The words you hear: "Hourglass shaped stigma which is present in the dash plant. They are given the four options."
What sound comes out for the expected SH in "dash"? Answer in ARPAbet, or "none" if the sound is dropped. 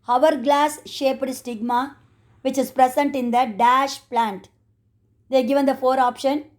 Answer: SH